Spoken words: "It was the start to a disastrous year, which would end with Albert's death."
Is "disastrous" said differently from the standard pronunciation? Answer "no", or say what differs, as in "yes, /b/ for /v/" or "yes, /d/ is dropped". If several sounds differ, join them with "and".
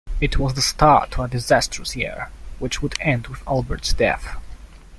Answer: no